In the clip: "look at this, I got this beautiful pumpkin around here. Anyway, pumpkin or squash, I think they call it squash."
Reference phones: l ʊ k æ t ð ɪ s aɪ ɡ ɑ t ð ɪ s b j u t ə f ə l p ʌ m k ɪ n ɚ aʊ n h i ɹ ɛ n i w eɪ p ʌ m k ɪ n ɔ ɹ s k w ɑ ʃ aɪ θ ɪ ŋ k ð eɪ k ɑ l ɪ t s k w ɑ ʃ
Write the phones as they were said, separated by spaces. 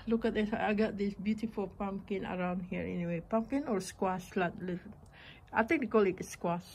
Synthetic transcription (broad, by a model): l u k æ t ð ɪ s aɪ ɡ ɑ t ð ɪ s b j u t ə f ə l p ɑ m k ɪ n ɚ aʊ n h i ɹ ɛ n i w eɪ p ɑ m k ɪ n ɔ ɹ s k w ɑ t aɪ t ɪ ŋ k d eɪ k ɑ l ɪ t s k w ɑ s